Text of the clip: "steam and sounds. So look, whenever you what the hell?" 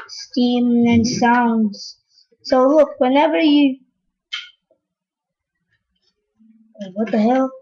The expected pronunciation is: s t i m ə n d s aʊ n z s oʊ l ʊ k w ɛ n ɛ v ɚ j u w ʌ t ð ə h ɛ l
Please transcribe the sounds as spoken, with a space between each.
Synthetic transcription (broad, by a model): s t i m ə n s aʊ n z s oʊ l ʊ k w ɛ n ɛ v ɚ j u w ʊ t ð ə h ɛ l